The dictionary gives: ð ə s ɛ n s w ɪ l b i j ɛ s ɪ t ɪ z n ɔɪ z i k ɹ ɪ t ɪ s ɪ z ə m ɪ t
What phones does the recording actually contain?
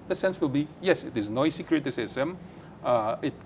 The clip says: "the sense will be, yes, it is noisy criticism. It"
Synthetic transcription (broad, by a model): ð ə s ɛ n s w ɪ l b i j ɛ s ɪ t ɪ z n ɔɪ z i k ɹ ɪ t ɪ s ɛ s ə m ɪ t